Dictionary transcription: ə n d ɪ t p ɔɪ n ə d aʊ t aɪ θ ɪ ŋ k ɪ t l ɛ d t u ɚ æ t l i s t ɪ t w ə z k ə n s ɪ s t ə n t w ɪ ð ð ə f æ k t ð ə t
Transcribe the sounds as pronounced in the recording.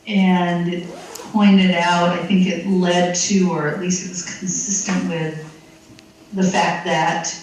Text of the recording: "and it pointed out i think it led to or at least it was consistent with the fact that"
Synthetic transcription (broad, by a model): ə n ɪ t p ɔɪ n ə d aʊ t aɪ θ ɪ ŋ k ɪ t l ɛ d t u ɚ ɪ t l i s t ɪ t w ə z k n s ɪ s t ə n t w ɪ ð ð ə f æ k t ð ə t